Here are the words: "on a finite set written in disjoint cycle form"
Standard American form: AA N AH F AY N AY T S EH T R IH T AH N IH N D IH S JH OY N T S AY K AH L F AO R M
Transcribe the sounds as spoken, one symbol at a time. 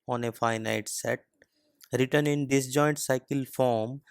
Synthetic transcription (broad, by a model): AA N AH F AY N AY T S EH T R IH T AH N IH N D IH S JH OY N T S AY K AH L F AO R M